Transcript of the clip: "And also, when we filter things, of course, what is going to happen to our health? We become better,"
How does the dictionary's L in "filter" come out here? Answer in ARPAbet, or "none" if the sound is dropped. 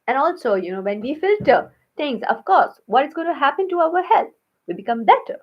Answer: L